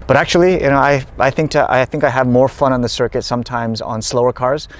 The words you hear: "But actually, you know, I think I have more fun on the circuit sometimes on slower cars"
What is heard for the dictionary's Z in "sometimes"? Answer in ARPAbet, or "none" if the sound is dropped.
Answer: Z